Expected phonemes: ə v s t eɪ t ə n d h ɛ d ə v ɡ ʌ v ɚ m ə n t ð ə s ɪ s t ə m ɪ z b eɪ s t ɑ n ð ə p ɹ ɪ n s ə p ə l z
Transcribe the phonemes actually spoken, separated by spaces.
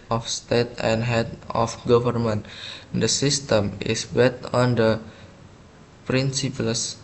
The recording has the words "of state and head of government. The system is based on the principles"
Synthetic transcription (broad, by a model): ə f s t eɪ t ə n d h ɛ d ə f ɡ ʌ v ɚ m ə n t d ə s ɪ s t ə m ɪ s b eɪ t ɑ n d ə p ɹ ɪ n s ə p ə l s